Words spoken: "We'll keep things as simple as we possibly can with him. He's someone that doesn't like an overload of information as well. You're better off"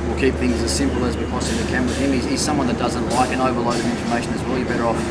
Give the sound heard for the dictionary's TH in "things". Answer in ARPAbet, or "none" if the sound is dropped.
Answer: TH